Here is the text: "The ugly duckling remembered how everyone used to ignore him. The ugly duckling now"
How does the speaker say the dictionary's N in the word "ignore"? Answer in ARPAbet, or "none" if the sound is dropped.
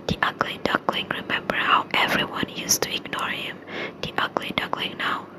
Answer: N